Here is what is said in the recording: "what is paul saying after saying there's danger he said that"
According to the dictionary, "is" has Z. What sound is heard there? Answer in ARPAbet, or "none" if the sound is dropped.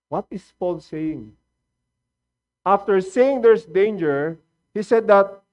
S